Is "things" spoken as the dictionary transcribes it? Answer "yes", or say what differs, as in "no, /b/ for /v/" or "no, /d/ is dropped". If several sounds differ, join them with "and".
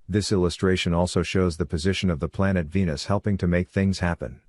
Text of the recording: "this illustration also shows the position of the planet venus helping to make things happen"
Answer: yes